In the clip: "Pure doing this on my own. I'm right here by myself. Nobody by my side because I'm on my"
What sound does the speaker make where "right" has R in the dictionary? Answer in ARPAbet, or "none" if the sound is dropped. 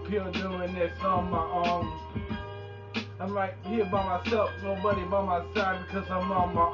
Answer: L